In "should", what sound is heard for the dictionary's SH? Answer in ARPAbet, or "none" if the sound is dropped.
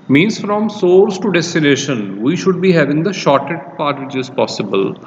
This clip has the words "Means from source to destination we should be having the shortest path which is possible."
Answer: SH